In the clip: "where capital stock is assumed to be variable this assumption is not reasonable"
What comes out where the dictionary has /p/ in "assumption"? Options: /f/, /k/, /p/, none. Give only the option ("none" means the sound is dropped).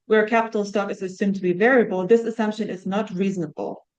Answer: /p/